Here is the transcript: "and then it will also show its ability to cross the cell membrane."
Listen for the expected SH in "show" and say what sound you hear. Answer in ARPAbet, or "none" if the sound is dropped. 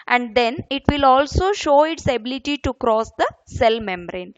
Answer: SH